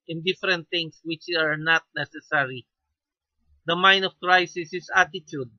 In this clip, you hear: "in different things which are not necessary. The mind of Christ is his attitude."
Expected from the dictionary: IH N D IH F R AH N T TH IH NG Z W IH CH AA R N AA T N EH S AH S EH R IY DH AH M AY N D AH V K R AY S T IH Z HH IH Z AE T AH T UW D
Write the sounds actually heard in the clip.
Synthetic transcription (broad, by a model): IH N D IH F R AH N T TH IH NG S W IH CH AA R N AA T N EH S AH S EH R IY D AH M AY N D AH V K R AY S IH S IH S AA T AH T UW D